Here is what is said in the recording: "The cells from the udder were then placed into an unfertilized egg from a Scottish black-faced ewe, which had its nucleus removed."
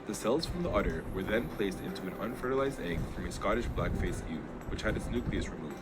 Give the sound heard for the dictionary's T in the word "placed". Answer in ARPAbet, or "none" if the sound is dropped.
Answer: T